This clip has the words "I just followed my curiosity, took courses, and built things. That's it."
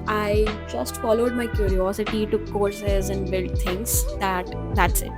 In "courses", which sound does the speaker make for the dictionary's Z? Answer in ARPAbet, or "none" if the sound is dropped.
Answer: Z